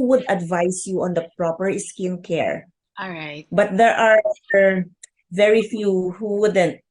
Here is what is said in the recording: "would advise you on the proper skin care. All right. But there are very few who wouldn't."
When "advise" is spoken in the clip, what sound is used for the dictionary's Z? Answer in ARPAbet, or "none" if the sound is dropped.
S